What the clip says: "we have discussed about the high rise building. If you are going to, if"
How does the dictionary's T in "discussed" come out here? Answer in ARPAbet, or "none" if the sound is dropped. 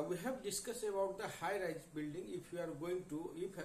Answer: none